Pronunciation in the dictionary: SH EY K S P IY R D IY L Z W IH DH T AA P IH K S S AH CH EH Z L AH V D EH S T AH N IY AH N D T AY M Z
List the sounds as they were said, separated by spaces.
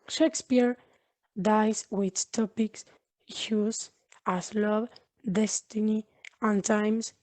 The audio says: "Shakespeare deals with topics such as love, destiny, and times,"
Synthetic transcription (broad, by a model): SH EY K S P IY R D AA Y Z W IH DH T AA P IH K S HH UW S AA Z L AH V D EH S T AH N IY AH N T AY M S